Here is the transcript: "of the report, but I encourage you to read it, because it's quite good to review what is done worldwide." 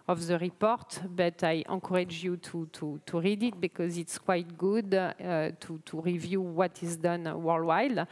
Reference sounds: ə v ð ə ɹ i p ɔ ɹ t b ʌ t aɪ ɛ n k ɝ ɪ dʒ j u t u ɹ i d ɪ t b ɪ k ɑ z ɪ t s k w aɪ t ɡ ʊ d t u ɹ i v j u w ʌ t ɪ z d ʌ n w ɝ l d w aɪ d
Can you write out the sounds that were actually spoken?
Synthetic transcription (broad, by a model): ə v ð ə ɹ i p ɔ ɹ t b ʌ t aɪ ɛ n k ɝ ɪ dʒ j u t u ɹ i d ɪ t b ɪ k ɑ z ɪ t s k w aɪ t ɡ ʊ d t u ɹ i v j u w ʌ t ɪ z d ʌ n w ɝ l w aɪ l